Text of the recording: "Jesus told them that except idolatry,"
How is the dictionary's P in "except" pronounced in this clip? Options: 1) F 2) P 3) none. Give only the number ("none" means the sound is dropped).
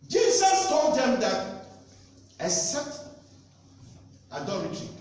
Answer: 3